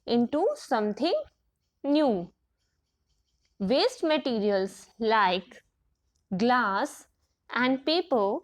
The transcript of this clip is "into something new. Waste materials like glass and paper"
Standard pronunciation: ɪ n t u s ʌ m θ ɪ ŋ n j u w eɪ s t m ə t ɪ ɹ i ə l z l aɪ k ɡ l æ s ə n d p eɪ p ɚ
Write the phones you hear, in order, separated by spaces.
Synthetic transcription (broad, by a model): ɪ n t u s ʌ m t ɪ ŋ n j u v eɪ s t m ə t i ɹ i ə l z l aɪ k ɡ l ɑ s ə n d p eɪ p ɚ